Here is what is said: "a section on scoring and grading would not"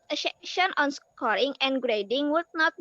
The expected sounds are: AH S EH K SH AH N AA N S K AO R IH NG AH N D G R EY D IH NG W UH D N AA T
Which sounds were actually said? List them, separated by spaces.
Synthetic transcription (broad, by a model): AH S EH SH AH N AA N S K AO R IH NG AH N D G R EY D IH NG W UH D N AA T